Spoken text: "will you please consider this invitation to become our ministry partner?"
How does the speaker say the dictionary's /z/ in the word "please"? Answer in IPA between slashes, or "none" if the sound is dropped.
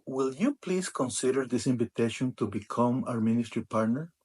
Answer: /s/